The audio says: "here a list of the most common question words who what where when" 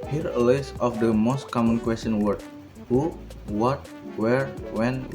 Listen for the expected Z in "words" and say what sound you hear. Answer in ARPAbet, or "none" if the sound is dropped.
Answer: none